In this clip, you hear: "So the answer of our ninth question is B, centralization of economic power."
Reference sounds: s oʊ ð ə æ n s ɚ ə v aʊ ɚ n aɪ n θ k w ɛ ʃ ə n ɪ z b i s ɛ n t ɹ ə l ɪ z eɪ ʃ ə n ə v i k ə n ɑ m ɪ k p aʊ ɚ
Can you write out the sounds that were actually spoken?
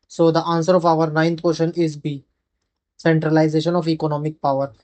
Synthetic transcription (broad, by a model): s oʊ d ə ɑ n s ɚ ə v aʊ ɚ n aɪ n t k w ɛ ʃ ə n ɪ z b i s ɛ n t ɹ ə l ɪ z eɪ ʃ ə n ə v i k ə n ɑ m ɪ k p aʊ ɚ